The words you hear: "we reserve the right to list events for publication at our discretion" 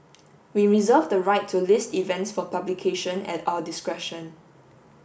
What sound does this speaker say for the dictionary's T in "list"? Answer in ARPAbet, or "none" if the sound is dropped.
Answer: T